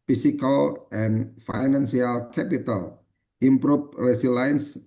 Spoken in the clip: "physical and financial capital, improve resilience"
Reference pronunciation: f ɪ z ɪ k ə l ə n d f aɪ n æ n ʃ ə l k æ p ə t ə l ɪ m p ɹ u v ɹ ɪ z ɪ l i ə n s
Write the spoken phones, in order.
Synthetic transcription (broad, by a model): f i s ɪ k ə l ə n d f aɪ n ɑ n s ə l k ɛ p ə t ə l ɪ m p ɹ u p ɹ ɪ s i l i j n s